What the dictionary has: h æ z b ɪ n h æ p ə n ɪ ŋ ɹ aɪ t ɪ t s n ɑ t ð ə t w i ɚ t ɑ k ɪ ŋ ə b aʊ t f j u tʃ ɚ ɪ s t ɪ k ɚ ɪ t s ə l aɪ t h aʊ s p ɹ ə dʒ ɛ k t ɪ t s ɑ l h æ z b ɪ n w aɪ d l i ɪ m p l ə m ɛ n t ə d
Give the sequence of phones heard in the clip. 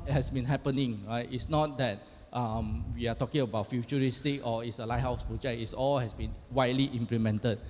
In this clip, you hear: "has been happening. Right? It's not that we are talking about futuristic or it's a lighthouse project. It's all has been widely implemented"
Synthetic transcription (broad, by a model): h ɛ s b ɪ n h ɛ p ə n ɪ ŋ ɹ aɪ t ɪ t s n ɑ t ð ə t w i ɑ t ɑ k ɪ ŋ ə b aʊ t f j u tʃ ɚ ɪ s t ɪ k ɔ ɪ t s ə l aɪ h aʊ s p ɹ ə dʒ ɛ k ɪ t s ɑ l h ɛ s b ɪ n w aɪ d l i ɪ m p l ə m ɛ n t ə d